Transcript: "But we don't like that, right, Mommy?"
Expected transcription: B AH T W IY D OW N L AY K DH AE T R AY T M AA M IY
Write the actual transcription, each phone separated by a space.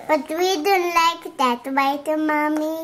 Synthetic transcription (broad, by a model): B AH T W IY D OW N L AY K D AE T W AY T M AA M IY